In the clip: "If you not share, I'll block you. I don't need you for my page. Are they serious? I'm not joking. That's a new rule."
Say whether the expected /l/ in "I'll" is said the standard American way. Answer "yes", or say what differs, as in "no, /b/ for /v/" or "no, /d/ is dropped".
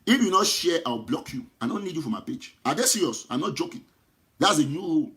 no, /w/ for /l/